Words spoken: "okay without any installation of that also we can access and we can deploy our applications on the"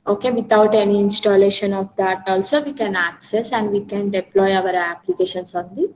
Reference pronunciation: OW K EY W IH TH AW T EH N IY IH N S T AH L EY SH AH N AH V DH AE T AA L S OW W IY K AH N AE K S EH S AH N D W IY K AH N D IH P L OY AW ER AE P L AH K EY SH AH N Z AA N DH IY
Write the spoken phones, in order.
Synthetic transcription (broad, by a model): OW K EY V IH T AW T EH N IY IH N S T AH L EY SH AH N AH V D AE T AA L S OW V IY K AH N AE K S EH S AH N D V IY K AH N D IH P L OY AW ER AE P L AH K EY SH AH N S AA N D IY